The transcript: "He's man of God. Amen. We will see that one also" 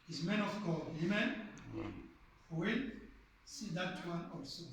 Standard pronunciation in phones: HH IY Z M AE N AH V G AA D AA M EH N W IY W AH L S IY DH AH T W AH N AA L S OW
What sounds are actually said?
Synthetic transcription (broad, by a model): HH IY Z M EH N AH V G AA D AA M EH N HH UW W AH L S IY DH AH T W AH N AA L S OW